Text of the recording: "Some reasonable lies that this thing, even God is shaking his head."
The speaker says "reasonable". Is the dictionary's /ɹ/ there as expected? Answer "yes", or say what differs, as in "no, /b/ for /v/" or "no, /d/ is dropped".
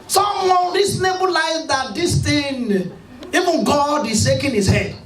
no, /w/ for /ɹ/